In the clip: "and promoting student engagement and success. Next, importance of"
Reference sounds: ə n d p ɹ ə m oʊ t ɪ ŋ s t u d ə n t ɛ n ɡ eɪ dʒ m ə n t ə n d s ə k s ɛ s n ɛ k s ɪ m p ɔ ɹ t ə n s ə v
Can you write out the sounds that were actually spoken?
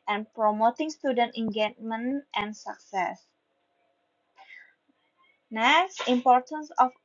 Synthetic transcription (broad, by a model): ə n p ɹ ə m oʊ t ɪ ŋ s t u d ə n t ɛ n ɡ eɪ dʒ m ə n t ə n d s ə k s ɛ s n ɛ s ɪ m p ɔ ɹ t ə n s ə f